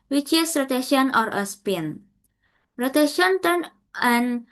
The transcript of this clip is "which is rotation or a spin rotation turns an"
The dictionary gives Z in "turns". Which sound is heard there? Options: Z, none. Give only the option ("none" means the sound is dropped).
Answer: none